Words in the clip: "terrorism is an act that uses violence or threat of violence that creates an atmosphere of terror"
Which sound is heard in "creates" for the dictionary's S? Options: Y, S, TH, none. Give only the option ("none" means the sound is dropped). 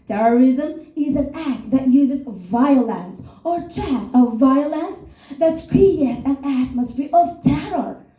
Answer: none